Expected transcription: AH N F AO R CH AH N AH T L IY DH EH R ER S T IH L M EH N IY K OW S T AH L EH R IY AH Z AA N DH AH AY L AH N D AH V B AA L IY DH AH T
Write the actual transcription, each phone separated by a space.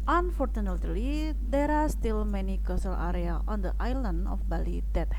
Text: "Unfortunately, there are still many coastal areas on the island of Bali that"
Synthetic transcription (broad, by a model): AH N F AO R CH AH N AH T L IY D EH R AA S T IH L M EH N IY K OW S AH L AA R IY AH AA N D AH AY L AH N D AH F B AA L IY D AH T